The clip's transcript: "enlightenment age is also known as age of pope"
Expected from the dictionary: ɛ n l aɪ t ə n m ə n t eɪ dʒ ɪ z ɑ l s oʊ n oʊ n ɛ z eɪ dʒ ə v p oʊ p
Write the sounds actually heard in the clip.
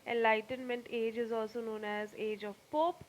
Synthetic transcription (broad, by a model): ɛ n l aɪ t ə n m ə n t eɪ dʒ ɪ z ɑ l s oʊ n oʊ n ɛ z eɪ dʒ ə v p oʊ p